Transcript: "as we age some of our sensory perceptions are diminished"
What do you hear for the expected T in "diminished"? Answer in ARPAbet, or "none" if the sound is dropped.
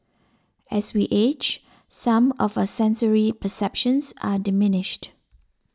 T